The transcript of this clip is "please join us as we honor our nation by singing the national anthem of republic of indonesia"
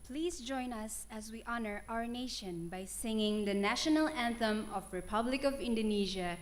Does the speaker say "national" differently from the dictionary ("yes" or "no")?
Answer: no